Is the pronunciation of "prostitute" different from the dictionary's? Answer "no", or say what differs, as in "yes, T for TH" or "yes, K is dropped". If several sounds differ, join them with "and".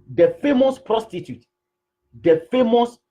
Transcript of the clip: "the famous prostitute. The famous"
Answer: no